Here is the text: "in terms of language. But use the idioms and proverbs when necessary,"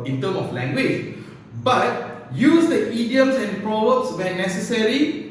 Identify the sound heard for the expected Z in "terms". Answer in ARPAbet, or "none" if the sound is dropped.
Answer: none